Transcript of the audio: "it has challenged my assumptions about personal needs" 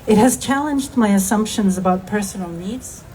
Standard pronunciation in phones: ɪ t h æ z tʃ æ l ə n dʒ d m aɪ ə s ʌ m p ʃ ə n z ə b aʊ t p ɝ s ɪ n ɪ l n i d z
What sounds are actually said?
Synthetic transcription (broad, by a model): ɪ t h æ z tʃ æ l ə n dʒ d m aɪ ə s ʌ m p ʃ ə n z ə b aʊ t p ɝ s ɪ n l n i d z